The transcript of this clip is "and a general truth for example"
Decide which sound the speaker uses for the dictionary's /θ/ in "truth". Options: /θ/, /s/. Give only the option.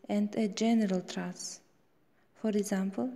/s/